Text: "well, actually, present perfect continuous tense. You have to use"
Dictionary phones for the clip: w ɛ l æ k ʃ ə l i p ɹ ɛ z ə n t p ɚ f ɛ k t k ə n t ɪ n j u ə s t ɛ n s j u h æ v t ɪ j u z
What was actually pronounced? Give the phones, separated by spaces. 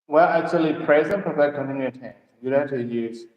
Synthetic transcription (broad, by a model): w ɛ l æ k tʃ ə l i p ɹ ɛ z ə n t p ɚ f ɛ t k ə n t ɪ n j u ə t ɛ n j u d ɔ t ɪ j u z